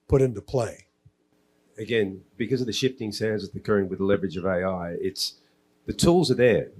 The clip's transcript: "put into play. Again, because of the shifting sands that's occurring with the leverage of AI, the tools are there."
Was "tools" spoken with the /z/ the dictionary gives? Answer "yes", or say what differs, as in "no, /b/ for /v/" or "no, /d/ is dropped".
yes